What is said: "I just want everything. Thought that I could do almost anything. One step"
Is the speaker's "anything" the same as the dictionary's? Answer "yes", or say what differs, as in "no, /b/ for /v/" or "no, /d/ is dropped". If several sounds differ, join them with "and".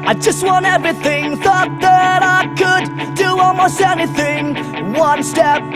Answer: yes